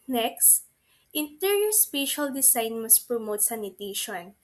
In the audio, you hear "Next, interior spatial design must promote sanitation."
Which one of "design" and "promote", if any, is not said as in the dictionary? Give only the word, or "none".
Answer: design